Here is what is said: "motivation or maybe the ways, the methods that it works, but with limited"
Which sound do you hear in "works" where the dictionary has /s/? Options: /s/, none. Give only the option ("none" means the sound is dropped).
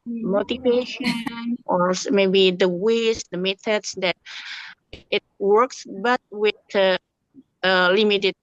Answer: /s/